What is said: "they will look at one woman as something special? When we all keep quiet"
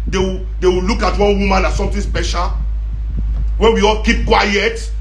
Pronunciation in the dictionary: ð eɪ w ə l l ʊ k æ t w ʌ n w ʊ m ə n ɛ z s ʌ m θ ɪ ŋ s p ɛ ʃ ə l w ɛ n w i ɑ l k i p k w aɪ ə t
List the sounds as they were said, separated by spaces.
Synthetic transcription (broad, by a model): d eɪ w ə w l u k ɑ t w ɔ n w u m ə n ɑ s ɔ m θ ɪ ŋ s p ɛ ʃ ə l w ɛ n w i ɑ l k i p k w aɪ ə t